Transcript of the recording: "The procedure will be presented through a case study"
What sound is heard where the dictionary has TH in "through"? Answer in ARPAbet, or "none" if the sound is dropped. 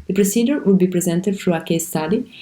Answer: F